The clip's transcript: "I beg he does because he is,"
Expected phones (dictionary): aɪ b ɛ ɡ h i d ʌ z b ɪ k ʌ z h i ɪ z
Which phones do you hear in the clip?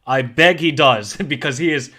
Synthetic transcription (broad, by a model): aɪ b ɛ ɡ h i d ʌ z b ɪ k ʌ z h i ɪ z